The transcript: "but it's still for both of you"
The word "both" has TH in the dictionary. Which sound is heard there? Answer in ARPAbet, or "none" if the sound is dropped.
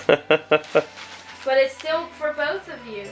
TH